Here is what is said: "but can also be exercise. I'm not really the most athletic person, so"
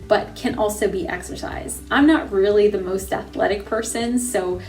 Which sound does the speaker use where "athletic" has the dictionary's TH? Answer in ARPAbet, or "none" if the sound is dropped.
TH